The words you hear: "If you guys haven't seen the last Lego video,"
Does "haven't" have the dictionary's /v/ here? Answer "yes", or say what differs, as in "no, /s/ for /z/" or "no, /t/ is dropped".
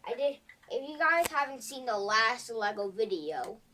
yes